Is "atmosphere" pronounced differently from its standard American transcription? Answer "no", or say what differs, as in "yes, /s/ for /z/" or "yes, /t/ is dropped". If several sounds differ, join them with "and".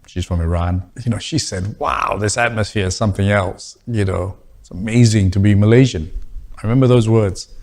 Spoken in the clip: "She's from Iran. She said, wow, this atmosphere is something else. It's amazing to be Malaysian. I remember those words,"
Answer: no